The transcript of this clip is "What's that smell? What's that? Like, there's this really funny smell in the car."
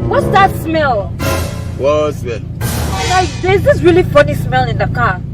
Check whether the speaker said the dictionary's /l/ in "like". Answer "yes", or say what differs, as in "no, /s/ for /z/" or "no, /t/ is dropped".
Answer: no, /n/ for /l/